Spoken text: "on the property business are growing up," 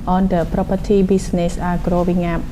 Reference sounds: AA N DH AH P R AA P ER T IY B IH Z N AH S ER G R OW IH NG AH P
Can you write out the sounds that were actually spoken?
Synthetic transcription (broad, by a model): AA N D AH P R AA P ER T IY B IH S N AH S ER G R OW IH NG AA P